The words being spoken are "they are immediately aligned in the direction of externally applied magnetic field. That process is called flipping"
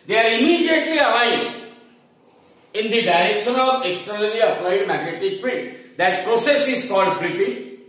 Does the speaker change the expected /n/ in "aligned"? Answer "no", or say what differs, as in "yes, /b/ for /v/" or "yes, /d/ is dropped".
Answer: yes, /n/ is dropped